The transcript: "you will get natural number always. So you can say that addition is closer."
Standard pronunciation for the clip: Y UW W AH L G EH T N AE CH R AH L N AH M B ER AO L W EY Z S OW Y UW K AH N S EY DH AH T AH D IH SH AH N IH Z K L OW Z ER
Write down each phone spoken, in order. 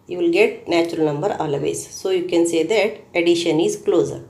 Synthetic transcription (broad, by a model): Y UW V L G EH T N AE CH R AH L N AH M B ER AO L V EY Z S OW Y UW K AH N S EY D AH T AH D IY SH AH N IH Z K L OW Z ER